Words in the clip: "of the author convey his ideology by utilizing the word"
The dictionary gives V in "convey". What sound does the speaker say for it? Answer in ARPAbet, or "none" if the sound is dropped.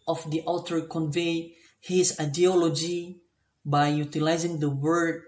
V